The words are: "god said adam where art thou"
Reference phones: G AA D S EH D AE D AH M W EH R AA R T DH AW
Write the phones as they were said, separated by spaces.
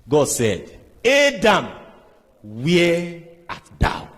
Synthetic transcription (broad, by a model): G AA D S EH D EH D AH M W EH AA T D AW